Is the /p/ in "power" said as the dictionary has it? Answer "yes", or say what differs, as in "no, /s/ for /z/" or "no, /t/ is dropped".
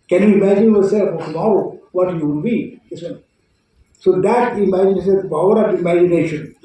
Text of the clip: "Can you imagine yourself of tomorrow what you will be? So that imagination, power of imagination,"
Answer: no, /b/ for /p/